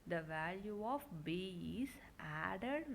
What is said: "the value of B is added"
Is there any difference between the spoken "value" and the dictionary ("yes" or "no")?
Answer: no